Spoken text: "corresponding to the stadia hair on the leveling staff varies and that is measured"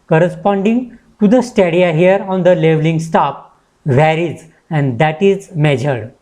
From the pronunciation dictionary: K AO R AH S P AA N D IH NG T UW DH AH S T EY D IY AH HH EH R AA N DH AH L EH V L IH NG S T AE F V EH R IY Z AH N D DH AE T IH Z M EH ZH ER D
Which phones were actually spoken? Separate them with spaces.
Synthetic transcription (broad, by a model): K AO R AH S P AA N D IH NG T UW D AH S T EY D IY AH HH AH R AA N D AH L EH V L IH NG S T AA P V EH R IY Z AH N D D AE T IH Z M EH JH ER D